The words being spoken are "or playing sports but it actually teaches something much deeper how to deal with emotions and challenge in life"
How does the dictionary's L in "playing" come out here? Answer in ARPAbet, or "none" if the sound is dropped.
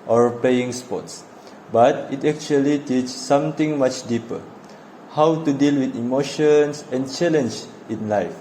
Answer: none